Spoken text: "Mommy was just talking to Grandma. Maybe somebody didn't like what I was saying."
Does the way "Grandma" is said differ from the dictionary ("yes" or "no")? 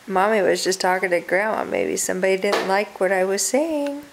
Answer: yes